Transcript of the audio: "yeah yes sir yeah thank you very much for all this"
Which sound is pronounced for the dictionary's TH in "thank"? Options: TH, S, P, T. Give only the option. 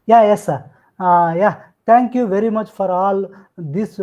T